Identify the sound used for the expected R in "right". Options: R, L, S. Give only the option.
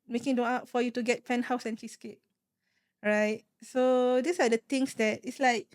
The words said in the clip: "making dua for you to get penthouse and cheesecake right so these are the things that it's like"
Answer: R